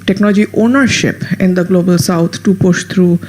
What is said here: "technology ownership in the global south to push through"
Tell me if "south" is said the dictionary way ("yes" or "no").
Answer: no